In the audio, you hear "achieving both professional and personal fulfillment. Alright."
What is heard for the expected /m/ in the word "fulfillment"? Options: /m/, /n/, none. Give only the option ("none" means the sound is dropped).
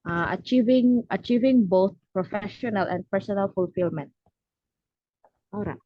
/m/